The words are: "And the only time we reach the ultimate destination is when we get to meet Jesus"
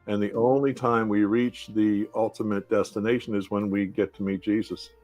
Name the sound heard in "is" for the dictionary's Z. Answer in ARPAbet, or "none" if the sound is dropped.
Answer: Z